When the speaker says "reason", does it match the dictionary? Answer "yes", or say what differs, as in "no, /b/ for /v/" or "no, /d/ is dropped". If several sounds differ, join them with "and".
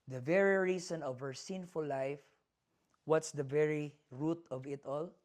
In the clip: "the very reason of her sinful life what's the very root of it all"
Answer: no, /s/ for /z/